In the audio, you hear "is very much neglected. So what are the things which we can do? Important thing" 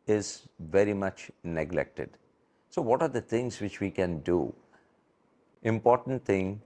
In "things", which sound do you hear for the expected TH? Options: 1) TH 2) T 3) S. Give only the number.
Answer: 2